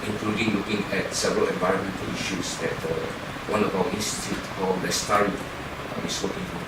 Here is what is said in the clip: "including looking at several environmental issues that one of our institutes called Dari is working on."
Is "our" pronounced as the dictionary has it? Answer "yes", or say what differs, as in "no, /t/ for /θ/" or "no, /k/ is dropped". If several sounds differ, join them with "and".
no, /w/ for /ɹ/